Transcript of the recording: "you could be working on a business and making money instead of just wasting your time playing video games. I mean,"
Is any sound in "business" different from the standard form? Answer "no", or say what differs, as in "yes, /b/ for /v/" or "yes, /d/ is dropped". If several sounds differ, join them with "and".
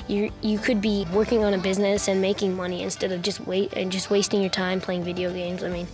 no